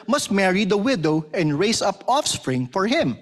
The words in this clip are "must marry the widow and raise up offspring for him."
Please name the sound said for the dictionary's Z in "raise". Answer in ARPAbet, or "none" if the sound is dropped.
S